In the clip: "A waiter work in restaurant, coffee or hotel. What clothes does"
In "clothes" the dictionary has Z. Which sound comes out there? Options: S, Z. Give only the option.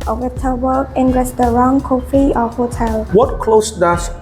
S